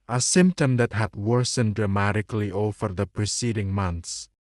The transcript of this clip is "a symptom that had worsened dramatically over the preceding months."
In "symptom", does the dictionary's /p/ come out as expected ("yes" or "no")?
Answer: yes